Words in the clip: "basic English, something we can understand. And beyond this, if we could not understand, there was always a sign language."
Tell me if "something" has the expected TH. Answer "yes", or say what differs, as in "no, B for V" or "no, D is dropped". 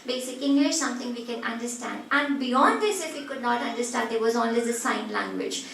no, T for TH